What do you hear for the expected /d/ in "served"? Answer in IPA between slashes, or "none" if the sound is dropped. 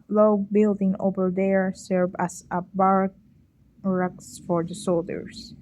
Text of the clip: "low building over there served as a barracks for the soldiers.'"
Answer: none